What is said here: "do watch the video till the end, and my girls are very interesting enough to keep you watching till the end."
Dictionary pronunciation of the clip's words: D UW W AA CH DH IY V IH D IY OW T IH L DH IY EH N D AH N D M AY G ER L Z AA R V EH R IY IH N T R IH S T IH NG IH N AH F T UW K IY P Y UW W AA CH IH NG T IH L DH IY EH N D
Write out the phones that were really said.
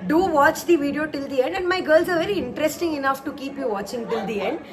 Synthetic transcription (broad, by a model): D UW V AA CH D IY V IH D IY OW T IH L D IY EH N D AH N D M AY G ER L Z AA R V EH R IY IH N T R IH S T IH NG IH N AH F T UW K IY P Y UW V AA CH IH NG T IH L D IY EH N D